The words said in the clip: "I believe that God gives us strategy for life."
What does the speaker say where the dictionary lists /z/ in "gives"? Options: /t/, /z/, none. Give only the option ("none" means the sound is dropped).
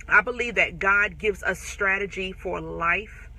/z/